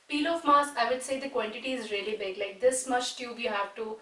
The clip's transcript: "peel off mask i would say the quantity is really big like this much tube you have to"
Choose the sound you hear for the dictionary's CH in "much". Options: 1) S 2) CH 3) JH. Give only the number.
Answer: 1